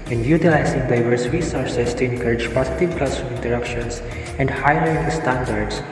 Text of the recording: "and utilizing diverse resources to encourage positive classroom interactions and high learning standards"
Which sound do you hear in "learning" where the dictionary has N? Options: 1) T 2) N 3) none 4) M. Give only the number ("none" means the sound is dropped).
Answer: 3